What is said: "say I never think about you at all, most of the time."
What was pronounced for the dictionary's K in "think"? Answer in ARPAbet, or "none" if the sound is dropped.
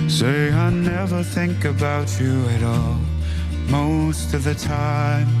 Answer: K